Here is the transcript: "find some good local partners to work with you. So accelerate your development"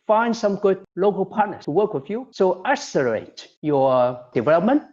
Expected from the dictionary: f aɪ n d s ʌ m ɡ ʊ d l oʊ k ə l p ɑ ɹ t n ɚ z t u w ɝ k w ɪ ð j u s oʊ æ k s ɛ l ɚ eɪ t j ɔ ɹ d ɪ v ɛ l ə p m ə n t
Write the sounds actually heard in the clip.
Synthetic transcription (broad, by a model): f aɪ n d s ʌ m ɡ ʊ d l oʊ k ə l p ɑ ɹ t n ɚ t u w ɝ k w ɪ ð j u s oʊ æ s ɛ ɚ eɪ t j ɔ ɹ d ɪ v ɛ l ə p m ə n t